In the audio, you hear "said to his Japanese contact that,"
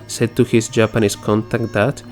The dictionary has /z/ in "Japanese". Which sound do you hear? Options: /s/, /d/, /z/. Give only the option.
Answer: /s/